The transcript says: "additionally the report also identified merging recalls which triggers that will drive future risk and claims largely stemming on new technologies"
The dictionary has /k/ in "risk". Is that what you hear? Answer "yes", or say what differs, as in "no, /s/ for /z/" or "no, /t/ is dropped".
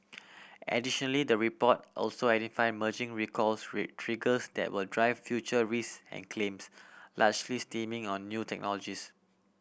no, /k/ is dropped